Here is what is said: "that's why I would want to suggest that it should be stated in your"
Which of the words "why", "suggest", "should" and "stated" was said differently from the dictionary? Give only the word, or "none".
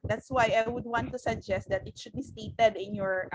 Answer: none